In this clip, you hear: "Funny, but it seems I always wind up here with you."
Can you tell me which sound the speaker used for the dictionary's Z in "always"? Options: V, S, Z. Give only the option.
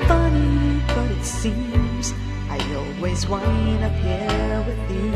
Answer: Z